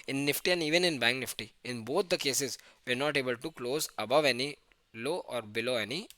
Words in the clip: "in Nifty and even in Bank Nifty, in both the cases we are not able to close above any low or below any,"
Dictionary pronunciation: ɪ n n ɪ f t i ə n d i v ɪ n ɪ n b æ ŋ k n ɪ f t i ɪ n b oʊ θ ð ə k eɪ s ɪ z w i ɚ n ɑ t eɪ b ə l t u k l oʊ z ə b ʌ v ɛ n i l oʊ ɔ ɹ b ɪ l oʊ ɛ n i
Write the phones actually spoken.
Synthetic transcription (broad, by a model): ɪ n n ɪ f t i ə n d i v ɪ n ɪ n b æ ŋ k n ɪ f t i ɪ n b oʊ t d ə k eɪ s ɪ z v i ɚ n ɑ t eɪ b ə l t u k l oʊ z ə b ʌ v ɛ n i l oʊ ɔ ɹ b ɪ l oʊ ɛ n i